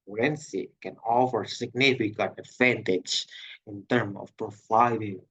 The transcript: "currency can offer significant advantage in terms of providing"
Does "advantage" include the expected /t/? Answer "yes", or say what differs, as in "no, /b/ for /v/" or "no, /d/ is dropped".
yes